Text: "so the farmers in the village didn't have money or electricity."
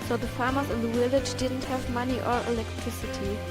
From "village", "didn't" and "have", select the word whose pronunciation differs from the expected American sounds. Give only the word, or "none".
village